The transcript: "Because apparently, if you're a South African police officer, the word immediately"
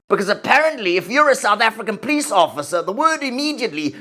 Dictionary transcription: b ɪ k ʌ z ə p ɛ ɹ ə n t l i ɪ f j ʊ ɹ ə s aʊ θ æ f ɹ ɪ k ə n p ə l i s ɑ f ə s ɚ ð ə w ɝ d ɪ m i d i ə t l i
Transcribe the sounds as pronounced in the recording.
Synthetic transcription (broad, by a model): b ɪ k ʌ z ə p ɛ ɹ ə n t l i ɪ f j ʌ ɹ ə s aʊ θ æ f ɹ ɪ k ə n p ə l i s ɑ f ə s ɚ ð ə w ɝ d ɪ m i d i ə t l i